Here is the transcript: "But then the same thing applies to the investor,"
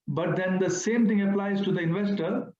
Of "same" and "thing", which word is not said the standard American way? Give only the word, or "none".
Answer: thing